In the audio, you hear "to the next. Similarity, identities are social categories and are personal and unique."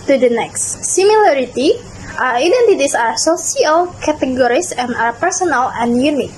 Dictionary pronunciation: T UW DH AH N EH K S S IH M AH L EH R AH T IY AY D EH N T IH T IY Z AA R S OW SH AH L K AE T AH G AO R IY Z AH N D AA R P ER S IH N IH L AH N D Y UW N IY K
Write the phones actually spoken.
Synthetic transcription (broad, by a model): T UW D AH N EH K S S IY M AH L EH R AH T IY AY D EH N T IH T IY S AA R S OW S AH L K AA T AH G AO R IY S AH N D AA R P ER S IH N IH L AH N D Y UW N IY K